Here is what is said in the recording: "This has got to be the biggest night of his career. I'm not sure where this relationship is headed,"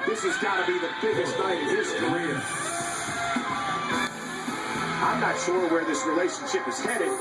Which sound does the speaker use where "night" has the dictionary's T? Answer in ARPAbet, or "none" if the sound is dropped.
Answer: none